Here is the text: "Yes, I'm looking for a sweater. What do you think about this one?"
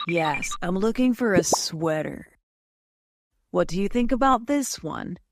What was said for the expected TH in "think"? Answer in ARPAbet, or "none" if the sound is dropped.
TH